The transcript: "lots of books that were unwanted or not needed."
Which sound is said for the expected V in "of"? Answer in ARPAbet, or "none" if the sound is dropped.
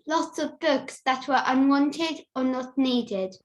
V